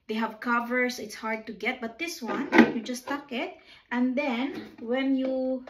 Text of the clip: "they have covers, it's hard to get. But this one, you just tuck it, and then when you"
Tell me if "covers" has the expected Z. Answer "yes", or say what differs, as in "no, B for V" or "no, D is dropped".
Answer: no, S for Z